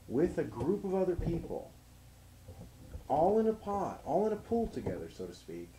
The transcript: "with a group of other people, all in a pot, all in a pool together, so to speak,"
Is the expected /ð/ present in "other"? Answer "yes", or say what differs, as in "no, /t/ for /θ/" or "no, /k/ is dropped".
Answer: yes